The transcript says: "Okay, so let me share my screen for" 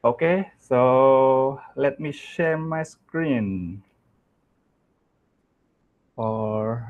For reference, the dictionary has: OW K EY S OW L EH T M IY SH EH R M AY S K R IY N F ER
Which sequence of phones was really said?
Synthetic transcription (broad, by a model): OW K EY S OW L EH T M IY SH EH R M AY S K R IY N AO